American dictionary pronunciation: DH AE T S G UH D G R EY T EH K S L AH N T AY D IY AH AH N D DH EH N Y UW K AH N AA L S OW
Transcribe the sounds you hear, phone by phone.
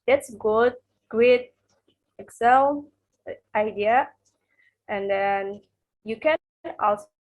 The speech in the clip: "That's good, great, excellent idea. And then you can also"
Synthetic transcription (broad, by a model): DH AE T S G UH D G R EY T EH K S AH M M AY D IY AH AH N D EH N Y UW K AH N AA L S